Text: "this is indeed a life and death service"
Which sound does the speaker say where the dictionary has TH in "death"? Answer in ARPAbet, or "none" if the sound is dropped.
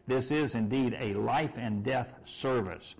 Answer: TH